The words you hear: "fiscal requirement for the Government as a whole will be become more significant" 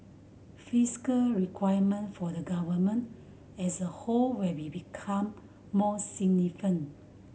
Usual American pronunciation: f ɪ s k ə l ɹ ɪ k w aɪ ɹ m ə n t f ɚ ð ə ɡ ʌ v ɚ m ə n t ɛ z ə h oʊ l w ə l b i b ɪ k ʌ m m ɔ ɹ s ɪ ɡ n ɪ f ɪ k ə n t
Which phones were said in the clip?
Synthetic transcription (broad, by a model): f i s k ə l ɹ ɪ k w aɪ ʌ m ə n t f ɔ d ə ɡ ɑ v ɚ m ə n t ɛ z ə h oʊ l w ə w i b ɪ k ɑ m m ɔ s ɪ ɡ n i f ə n